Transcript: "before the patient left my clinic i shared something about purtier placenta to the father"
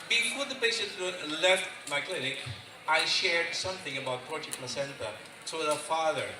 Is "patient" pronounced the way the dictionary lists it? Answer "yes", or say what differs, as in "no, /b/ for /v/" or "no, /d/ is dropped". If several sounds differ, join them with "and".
no, /s/ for /ʃ/